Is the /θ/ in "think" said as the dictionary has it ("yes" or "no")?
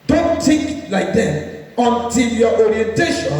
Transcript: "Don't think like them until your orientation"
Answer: no